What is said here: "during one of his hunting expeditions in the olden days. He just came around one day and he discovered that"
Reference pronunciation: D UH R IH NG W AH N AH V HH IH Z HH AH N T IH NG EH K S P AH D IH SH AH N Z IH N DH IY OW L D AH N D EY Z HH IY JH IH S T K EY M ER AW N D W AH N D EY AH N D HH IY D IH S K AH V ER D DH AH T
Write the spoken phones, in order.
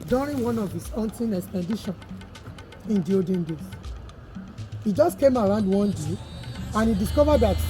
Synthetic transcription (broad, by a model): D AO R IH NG W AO N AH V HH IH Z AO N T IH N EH K S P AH D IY SH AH N IH N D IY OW D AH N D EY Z HH IY JH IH S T K EY M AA AW N D W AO N D EY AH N HH IY D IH S K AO V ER D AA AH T